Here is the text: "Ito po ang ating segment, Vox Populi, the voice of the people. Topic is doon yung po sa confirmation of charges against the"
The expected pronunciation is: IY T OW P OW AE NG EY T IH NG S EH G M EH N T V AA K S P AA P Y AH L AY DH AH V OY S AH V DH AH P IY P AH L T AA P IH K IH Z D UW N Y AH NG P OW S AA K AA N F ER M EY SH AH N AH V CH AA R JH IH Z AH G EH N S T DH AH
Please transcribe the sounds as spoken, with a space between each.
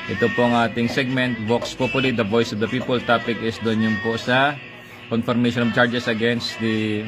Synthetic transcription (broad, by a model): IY T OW P OW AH NG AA T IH NG S EH G M EH N T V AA K S P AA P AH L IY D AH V OY S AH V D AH P IY P AH L T AA P IH K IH S D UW N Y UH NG P OW S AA K AA N F ER M EY SH AH N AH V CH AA R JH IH S AH G EH N S T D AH